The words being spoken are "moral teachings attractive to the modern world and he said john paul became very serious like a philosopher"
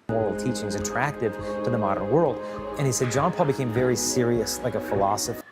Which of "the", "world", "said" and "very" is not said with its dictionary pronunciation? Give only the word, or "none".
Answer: none